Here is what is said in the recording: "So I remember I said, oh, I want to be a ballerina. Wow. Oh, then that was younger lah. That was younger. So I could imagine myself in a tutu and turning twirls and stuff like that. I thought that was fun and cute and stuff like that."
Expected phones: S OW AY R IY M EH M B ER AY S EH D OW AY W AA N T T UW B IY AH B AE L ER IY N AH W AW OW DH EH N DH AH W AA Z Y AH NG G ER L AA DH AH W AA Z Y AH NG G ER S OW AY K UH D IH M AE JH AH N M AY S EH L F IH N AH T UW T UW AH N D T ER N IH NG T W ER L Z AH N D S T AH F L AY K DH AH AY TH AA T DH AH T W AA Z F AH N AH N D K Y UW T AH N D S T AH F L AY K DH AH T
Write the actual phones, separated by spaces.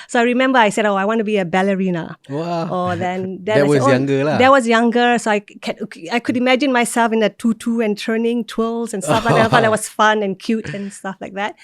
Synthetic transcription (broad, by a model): S OW AY R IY M EH M B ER AY S EH D OW AY W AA N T T UW B IY AH B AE L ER IY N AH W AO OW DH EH N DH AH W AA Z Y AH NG G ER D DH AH W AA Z Y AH NG G ER S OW AY K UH D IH M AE JH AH N M AY S EH L F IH N AH T UW T UW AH N T ER N IH NG T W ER L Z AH N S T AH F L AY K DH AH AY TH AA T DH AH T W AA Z F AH N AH N K Y UW T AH N S T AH F L AY K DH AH T